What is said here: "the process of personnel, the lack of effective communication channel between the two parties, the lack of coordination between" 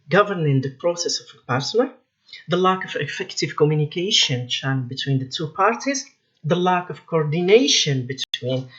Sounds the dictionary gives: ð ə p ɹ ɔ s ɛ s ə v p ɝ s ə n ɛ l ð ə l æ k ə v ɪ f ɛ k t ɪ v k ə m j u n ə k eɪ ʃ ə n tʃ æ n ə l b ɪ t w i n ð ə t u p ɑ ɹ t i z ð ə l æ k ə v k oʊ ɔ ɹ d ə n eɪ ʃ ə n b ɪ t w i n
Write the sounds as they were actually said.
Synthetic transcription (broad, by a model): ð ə p ɹ ɔ s ɛ s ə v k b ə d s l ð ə l æ k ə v ɪ f ɛ k t ɪ v k ə m j u n ə k eɪ ʃ ə n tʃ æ ə n b ɪ t w i n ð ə t u p ɑ ɹ t i z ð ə l æ k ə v k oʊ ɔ ɹ d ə n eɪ ʃ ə n b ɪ t w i n